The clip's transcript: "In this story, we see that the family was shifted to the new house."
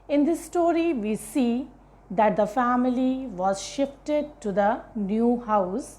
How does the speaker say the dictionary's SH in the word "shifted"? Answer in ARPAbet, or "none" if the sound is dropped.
SH